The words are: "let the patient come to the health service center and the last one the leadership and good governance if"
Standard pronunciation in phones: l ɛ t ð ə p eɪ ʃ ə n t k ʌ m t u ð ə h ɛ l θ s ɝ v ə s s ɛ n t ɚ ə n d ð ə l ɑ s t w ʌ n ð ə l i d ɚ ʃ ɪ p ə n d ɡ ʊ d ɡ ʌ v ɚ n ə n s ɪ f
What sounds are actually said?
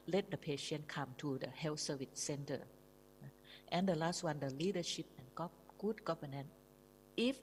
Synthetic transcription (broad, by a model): l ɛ t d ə p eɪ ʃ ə n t k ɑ m t u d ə h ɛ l s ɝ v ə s s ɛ n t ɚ ə n d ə l ɑ s t w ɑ n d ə l i d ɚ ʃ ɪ p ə n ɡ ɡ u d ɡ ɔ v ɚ n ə n ɪ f